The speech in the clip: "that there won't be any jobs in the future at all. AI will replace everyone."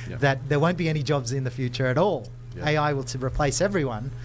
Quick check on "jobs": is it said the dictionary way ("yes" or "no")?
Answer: yes